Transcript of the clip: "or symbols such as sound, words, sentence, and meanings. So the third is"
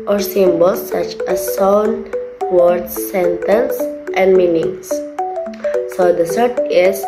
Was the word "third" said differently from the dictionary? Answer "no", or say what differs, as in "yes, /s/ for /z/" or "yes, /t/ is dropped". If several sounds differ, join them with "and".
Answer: yes, /s/ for /θ/